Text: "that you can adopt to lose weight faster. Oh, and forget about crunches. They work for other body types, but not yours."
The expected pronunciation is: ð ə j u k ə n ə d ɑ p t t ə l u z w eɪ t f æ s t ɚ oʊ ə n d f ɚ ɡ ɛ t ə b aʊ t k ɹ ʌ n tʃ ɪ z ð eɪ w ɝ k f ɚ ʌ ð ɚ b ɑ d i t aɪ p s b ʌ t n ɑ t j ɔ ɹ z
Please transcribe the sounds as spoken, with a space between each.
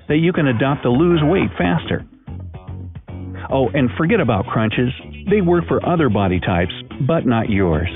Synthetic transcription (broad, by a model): ð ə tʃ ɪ k ə n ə d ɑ p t t ə l u z w eɪ t f æ s t ɚ oʊ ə n f ɚ ɡ ɛ t ə b aʊ t k ɹ ʌ n tʃ ɪ z ð eɪ w ɝ k f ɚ ʌ ð ɚ b ɑ d i t aɪ p s b ʌ t n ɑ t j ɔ ɹ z